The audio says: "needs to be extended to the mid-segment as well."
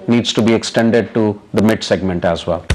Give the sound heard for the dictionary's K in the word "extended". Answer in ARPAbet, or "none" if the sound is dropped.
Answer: K